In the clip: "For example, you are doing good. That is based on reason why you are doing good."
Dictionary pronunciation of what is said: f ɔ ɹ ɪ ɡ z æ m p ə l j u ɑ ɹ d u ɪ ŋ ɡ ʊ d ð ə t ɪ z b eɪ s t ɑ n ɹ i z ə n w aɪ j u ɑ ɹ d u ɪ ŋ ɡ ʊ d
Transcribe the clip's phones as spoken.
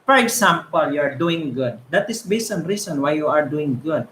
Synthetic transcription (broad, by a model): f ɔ ɹ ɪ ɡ s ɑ m p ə l j u ɑ ɹ d u ɪ ŋ ɡ ʊ d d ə t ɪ s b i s ɑ n ɹ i s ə n w aɪ j u ɑ ɹ d u ɪ ŋ ɡ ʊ d